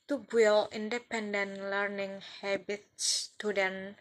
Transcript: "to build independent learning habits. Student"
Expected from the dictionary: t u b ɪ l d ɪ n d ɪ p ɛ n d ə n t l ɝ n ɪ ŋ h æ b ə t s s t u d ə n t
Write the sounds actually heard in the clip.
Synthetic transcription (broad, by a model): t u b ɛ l ɪ n d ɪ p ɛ n d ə n l ɝ n ɪ ŋ h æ b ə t s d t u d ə n